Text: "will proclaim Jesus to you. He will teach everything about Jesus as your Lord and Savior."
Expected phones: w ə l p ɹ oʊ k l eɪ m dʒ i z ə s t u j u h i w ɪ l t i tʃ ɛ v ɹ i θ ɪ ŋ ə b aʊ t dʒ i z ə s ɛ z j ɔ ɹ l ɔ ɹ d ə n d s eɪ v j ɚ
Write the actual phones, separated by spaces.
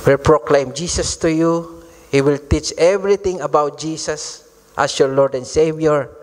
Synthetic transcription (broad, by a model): w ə l p ɹ oʊ k l eɪ m dʒ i s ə s t u j u h i w ɪ l t i tʃ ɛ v ɹ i t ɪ ŋ ə b aʊ t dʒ i s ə s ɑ s j ɔ ɹ l ɔ ɹ d ə n d s eɪ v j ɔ